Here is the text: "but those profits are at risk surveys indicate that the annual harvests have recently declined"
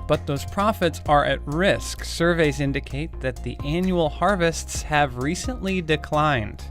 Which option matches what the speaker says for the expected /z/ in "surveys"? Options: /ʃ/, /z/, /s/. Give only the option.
/z/